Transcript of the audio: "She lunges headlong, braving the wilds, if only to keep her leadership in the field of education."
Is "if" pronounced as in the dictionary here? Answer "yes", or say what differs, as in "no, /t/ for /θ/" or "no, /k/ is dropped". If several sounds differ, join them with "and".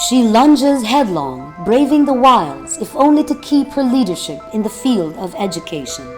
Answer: yes